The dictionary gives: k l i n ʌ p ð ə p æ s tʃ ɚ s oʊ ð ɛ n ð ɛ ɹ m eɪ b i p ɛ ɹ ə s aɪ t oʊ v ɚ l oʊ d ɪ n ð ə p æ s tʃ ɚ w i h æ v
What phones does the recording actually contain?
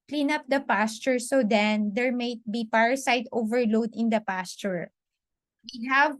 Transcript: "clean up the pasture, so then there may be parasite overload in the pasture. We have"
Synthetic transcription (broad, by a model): k l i n ʌ p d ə p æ s tʃ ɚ s oʊ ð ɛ n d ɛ ɹ m eɪ b i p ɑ ɹ s aɪ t oʊ v ɚ l oʊ d ɪ n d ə p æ s tʃ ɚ w i h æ v